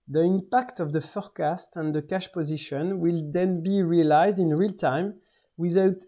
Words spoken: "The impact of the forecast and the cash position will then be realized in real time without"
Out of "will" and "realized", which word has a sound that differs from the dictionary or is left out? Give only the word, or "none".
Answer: none